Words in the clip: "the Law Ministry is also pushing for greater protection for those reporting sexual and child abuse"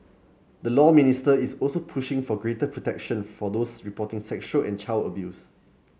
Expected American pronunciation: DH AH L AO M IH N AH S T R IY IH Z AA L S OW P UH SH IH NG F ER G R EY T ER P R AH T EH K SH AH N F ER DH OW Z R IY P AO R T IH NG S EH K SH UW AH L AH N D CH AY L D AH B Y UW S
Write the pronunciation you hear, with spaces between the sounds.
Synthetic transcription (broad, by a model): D AH L AO M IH N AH S T IY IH S AA L S OW P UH SH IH NG F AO G R EY T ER P R AH T EH K SH AH N F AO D OW S R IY P AO T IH NG S EH K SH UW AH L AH N CH AY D AH B Y UW S